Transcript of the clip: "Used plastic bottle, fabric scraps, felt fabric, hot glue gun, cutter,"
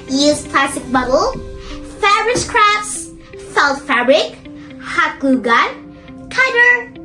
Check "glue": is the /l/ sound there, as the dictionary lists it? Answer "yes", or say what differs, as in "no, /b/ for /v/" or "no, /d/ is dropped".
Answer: no, /l/ is dropped